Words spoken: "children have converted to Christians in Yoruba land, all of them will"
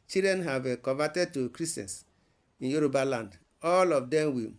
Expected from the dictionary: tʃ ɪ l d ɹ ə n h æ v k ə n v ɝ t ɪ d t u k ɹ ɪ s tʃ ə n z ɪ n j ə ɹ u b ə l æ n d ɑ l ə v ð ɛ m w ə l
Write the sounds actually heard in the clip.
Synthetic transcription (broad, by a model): tʃ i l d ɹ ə n h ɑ v k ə v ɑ t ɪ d t u k ɹ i s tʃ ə n s ɪ n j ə ɹ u b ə l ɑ n d ɑ l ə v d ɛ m w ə